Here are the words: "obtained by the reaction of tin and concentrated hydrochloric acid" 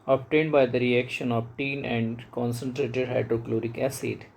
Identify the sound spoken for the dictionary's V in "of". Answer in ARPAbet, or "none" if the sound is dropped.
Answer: B